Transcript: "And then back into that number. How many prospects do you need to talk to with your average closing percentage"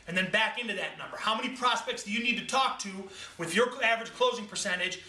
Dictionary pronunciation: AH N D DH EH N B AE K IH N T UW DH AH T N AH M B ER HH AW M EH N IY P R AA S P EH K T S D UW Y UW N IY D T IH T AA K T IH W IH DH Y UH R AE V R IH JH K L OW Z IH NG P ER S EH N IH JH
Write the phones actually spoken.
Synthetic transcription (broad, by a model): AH N DH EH N B AE K IH N T UW DH AH T N AH M B ER HH AW M EH N IY P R AA S P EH K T S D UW Y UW N IY D T IH T AA K T IH W IH DH Y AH R AE V R IH JH K L OW Z IH NG P ER S EH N IH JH